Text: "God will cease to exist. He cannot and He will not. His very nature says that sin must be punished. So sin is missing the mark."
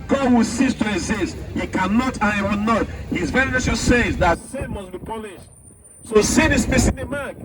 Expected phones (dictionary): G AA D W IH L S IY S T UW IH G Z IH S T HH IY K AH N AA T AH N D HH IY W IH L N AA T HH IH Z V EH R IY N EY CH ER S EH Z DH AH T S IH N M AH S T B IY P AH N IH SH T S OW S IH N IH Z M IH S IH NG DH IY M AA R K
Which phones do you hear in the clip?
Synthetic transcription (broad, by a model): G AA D W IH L S IY S T UW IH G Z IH S T HH IY K AH N AA T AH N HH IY W IH L N AA T HH IH Z V EH R IY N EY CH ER S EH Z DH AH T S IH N M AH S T B IY P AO L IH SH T S OW S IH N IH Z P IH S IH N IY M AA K